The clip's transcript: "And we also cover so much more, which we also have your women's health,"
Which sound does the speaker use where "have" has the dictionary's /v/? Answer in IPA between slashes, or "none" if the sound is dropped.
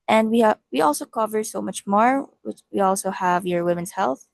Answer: /v/